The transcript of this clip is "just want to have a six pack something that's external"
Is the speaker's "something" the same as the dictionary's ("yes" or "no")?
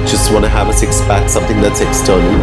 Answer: yes